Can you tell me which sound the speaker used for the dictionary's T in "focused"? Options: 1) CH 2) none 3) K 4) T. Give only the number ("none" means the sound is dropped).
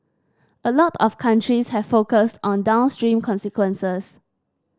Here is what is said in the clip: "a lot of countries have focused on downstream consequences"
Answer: 4